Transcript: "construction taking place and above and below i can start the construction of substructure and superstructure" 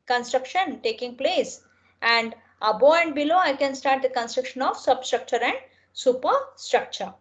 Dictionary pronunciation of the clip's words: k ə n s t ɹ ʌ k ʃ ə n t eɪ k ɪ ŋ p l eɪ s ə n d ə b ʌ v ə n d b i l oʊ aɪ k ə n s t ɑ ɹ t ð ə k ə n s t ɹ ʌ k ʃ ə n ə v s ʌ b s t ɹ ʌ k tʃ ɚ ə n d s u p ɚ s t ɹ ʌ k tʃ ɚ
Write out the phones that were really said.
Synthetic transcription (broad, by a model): k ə n s t ɹ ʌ k ʃ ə n t eɪ k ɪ ŋ p l eɪ s ə n d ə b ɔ ə n d b i l oʊ aɪ k ə n s t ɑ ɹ t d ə k ə n s t ɹ ʌ k ʃ ə n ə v s ʌ b s t ɹ ʌ k tʃ ɚ ə n d s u p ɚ s t ɹ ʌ k tʃ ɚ